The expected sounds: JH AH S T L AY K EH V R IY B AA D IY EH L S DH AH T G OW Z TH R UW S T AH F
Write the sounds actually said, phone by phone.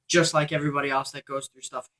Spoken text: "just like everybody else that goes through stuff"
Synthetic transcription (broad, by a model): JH AH S T L AY K EH V R IY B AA D IY EH L S DH AH T G OW Z TH R UW S T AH F